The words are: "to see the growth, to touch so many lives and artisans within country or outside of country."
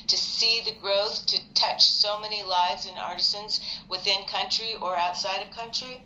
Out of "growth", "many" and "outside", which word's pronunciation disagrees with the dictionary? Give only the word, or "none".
none